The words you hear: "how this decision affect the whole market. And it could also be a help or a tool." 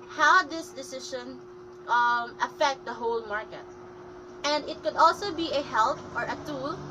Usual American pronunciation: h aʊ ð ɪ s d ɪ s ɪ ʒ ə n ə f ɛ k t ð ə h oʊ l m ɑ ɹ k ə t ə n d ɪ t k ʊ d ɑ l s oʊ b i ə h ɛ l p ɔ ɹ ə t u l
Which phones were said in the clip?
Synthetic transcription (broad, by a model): h aʊ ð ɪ s d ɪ s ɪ ʃ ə n ə f ɛ k t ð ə h oʊ l m ɑ ɹ k ə t ə n d ɪ t k ʊ d ɑ l s oʊ b i ə h ɛ l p ɔ ɹ ə t u l